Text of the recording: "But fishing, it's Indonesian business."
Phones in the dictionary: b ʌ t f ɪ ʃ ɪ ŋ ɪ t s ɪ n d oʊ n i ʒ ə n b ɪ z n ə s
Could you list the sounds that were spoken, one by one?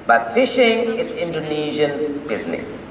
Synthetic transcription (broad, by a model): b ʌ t f ɪ ʃ ɪ ŋ ɪ t s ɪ n d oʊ n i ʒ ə n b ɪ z n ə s